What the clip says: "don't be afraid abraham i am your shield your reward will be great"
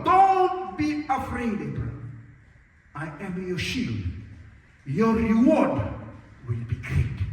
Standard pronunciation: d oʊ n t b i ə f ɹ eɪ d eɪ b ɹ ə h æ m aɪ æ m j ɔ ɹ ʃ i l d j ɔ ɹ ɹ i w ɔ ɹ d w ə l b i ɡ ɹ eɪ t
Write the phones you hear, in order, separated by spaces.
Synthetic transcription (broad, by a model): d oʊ n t b i ə f ɹ eɪ d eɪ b ə aɪ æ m j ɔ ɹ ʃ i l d j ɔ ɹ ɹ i w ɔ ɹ d w ə l b i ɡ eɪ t